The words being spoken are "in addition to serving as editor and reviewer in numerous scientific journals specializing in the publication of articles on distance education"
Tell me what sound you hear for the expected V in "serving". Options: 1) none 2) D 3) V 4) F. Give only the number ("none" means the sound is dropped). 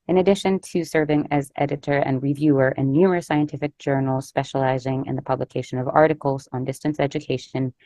3